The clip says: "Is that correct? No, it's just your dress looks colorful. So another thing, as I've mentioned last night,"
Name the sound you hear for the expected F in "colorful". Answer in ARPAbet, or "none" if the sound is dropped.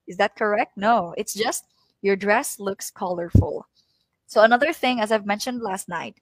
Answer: F